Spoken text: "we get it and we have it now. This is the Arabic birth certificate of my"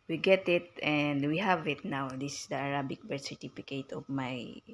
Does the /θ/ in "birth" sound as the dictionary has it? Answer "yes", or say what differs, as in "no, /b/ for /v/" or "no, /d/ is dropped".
no, /t/ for /θ/